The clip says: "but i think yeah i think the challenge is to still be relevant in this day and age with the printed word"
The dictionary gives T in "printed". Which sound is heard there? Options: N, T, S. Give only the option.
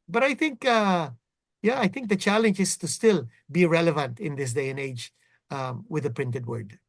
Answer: T